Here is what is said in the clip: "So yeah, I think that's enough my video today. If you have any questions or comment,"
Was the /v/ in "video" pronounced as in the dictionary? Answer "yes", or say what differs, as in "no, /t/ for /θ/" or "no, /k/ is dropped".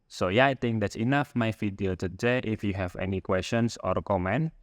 no, /f/ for /v/